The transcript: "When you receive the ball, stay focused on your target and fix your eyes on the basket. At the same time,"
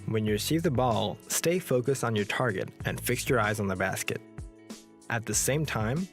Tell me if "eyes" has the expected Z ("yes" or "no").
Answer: yes